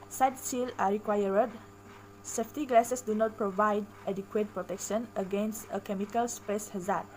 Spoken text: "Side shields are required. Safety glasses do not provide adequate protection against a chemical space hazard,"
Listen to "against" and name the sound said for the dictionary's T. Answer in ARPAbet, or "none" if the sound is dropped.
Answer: T